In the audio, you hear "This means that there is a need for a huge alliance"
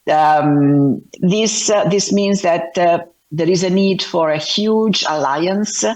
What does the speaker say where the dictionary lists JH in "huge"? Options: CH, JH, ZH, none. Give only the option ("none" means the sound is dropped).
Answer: JH